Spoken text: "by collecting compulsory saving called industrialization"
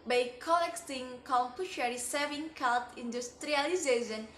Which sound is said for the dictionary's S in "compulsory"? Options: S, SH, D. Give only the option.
SH